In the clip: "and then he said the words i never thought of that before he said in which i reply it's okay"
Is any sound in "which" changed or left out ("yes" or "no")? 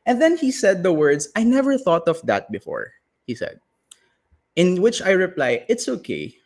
no